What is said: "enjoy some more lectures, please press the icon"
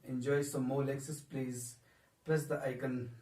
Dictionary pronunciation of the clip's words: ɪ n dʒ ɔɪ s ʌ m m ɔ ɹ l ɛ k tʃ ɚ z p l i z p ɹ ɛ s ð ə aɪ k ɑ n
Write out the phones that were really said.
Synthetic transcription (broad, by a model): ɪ n dʒ ɔɪ s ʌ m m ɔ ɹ l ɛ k s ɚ s p l i z p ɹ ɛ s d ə aɪ k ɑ n